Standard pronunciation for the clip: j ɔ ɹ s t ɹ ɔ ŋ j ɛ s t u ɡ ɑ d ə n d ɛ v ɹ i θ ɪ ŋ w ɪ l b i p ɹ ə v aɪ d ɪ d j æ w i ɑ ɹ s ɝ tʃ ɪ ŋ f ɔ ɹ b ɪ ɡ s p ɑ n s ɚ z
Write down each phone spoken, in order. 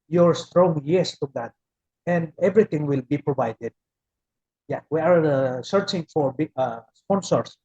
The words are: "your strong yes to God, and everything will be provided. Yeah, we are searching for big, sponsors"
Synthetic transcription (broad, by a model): j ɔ ɹ s t ɹ ɔ ŋ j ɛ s t u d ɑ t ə n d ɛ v ɹ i t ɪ ŋ w ɪ l b i p ɹ ə v aɪ d ɪ d j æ w i ɑ ɹ s ɝ tʃ ɪ ŋ f ɔ ɹ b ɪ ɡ s p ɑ n s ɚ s